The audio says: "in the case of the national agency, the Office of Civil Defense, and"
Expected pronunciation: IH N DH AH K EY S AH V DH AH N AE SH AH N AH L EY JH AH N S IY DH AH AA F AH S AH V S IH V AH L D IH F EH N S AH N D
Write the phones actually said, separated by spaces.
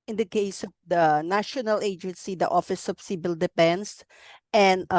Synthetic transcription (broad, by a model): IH N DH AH K EY S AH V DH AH N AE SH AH N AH L EY JH AH N S IY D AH AA F AH S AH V S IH B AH L D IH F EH N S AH N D